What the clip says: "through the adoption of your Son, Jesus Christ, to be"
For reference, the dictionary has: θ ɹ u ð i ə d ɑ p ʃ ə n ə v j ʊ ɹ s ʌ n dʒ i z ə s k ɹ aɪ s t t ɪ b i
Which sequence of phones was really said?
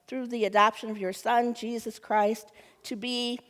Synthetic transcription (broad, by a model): θ ɹ u ð i ə d ɑ p ʃ ə n ə v j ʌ ɹ s ʌ n dʒ i z ə s k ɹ aɪ s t t ɪ b i